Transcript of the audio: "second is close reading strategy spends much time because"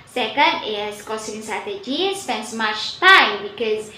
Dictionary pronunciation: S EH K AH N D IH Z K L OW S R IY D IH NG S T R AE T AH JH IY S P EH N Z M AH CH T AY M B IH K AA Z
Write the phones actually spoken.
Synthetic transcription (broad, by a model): S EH K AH N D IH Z K OW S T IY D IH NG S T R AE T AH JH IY S P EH N S M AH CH T AY M B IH K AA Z